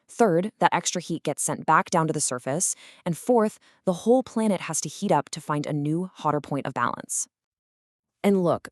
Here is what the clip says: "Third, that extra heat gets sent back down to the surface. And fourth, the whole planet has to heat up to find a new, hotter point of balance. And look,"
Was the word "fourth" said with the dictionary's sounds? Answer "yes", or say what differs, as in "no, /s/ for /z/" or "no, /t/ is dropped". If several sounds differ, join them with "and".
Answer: yes